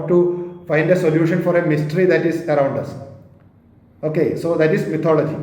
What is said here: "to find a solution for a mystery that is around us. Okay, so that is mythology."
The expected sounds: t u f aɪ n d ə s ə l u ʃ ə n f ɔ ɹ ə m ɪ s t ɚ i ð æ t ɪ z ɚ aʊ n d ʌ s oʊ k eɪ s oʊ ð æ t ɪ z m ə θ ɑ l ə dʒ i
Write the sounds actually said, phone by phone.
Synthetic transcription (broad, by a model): t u f aɪ n d ə s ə l u ʃ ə n f ɔ ɹ ə m ɪ s t ɚ i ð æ t ɪ z ɚ aʊ n d ʌ s oʊ k eɪ s oʊ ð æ t ɪ z m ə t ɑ l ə dʒ i